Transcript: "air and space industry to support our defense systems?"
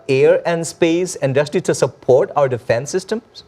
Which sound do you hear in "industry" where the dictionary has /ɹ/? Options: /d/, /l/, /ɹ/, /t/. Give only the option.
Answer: /l/